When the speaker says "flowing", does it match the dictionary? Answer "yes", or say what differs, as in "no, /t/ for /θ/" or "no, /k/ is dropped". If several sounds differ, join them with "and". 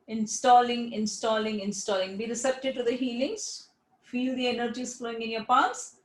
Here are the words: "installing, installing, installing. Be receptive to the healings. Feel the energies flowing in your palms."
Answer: yes